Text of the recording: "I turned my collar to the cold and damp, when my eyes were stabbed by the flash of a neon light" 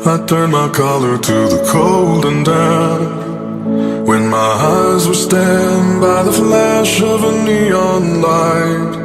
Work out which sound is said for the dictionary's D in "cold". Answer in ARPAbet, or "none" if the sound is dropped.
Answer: D